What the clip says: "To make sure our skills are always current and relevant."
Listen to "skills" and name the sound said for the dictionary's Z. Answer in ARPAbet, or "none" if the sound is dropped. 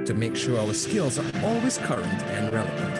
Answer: Z